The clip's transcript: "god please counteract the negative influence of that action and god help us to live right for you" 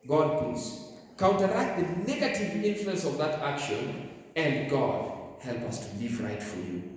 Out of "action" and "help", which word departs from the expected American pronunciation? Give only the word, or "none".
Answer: none